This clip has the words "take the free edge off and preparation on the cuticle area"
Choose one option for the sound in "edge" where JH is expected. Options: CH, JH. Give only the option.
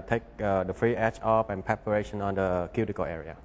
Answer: CH